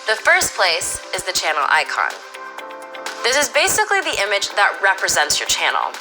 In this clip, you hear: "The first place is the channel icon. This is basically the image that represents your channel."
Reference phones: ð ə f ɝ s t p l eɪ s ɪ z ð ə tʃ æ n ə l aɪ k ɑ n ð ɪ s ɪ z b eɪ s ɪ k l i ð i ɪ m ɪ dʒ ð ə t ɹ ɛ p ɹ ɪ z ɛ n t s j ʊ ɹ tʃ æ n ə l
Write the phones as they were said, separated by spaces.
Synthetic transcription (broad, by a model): ð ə f ɝ s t p l eɪ s ɪ z ð ə tʃ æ n l aɪ k ɑ n ð ɪ s ɪ z b eɪ s ɪ k l i ð i ɪ m ɪ dʒ ð ə t ɹ ɛ p ɹ ɪ z ɛ n t s j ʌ ɹ tʃ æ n l